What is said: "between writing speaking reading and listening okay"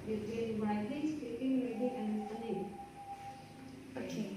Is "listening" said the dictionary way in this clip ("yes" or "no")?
no